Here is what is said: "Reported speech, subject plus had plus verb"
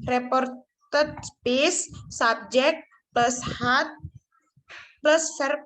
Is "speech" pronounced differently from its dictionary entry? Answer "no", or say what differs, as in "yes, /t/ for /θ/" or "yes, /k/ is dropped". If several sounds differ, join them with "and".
yes, /s/ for /tʃ/